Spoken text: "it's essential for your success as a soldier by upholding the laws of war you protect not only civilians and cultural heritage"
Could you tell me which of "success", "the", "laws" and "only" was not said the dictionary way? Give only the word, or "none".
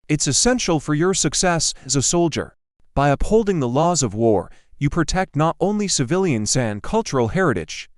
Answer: none